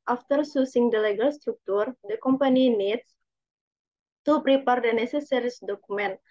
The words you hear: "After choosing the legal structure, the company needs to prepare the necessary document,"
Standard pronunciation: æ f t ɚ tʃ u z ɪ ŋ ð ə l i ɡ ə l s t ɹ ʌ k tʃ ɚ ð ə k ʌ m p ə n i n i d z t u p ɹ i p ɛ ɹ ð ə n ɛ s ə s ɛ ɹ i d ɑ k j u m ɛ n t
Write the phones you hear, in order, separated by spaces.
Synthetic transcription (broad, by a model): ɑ f t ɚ s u s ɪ ŋ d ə l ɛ ɡ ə l s t ɹ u k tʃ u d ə k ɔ m p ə n i n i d s t u p ɹ i p ɛ ɹ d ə n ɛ s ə s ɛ ɹ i d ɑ k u m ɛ n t